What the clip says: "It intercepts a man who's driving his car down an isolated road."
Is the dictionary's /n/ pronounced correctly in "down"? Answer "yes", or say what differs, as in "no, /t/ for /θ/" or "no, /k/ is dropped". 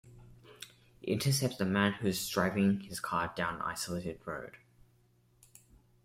no, /n/ is dropped